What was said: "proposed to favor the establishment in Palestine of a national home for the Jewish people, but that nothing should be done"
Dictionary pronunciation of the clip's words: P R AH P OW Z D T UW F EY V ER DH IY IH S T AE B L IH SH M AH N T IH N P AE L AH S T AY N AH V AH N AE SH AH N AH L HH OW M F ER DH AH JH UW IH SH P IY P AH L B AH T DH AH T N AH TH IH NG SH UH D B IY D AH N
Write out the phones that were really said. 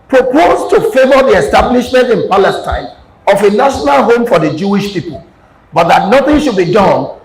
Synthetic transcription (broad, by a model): P R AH P OW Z T UW F EY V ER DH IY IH S T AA B L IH SH M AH N T IH N P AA L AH S T AY N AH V AH N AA SH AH N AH L HH OW M F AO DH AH JH UW IH SH P IY P AH L B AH T DH AH T N AH TH IH NG SH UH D B IY D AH N